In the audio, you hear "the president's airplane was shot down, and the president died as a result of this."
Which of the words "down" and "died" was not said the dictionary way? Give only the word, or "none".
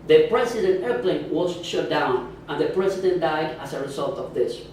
none